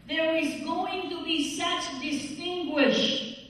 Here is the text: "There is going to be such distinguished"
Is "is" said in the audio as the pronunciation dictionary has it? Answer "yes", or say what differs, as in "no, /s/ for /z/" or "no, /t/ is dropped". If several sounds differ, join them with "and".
yes